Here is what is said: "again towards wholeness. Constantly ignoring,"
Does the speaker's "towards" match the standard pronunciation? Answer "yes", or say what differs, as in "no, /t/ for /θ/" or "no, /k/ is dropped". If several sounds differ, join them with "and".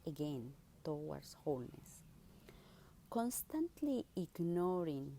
no, /w/ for /ɹ/ and /s/ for /z/